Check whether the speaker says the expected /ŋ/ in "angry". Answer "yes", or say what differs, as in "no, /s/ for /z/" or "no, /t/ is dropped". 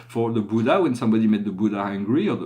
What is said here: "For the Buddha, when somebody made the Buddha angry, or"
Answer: yes